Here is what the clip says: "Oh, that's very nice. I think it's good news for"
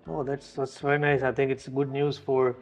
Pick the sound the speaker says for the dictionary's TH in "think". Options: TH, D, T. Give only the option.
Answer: T